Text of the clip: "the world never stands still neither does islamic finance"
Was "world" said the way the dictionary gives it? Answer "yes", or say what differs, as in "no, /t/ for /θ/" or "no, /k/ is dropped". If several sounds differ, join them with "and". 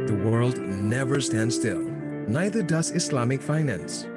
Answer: yes